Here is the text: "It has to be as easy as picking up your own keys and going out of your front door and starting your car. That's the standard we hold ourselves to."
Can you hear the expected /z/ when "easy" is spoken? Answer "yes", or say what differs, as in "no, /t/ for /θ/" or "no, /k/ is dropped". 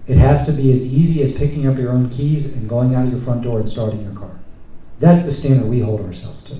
yes